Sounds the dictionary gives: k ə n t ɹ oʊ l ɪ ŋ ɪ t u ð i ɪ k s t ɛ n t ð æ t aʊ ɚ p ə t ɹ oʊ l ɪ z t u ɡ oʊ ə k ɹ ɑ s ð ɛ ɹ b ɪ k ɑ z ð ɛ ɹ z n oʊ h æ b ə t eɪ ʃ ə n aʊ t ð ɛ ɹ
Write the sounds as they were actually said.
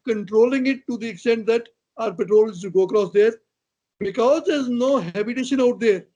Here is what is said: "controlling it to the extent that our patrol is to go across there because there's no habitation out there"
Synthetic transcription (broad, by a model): k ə n t ɹ oʊ l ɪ ŋ ɪ t u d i ɪ k s t ɛ n t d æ t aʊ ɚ p ə t ɹ oʊ l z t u ɡ oʊ ə k ɹ ɑ s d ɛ ɹ b ɪ k ɑ z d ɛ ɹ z n oʊ h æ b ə t eɪ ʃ ə n aʊ t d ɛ ɹ